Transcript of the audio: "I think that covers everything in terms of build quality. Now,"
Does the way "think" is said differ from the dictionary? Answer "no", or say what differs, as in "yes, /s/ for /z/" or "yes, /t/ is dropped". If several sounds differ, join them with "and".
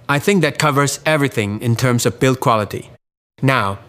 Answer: no